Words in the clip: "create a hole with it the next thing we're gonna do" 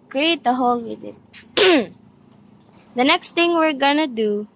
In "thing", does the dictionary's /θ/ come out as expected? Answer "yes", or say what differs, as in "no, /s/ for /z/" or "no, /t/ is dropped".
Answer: no, /t/ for /θ/